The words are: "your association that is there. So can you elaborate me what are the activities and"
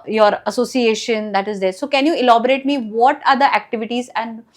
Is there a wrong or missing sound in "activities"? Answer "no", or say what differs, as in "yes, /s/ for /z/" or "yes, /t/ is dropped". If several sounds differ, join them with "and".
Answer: no